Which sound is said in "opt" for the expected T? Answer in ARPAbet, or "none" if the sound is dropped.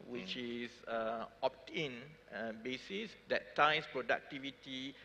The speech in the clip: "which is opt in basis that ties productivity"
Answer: T